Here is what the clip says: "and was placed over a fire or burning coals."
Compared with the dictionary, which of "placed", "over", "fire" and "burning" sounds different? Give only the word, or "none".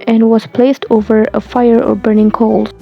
none